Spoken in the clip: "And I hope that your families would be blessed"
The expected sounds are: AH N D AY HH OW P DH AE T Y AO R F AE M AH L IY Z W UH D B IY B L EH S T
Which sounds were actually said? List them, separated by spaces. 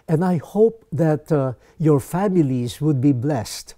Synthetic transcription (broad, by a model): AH N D AY HH OW P DH AE T Y AO R F AE M AH L IY Z W UH D B IY B L EH S T